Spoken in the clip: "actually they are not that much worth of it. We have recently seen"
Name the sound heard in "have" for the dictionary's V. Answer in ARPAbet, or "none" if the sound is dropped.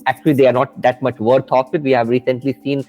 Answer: V